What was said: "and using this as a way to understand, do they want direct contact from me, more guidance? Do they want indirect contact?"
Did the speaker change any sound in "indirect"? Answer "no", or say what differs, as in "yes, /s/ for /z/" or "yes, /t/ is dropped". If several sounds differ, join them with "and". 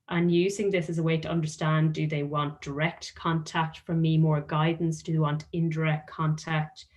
no